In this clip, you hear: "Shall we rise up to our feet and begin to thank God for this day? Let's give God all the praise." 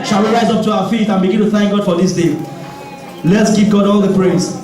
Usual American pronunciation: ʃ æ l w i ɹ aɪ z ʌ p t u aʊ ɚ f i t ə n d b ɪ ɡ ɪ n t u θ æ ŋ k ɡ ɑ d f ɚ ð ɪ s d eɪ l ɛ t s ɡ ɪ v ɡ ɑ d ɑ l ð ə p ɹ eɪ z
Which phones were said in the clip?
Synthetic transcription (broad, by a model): ʃ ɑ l w i ɹ aɪ z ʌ p t u aʊ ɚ f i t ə n b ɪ ɡ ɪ n t u θ æ ŋ k ɡ ɑ d f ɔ ð ɪ s d eɪ l ɛ t s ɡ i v ɡ ɑ d ɑ l ð ə p ɹ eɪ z